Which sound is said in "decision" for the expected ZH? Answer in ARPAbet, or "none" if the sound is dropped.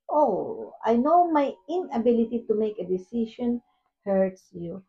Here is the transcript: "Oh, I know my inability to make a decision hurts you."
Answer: SH